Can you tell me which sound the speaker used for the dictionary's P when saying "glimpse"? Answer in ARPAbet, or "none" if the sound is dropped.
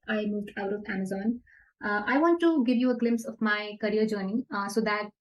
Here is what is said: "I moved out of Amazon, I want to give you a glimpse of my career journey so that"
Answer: P